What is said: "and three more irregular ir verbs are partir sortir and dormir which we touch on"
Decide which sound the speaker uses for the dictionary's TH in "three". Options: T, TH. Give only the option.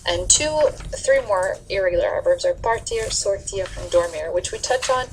TH